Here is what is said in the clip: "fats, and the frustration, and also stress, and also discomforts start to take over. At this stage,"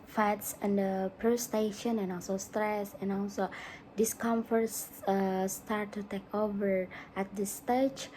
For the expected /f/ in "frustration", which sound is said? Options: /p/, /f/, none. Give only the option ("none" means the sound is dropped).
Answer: /p/